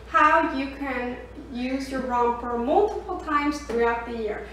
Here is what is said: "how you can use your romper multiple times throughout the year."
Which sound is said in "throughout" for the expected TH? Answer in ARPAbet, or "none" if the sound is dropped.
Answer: TH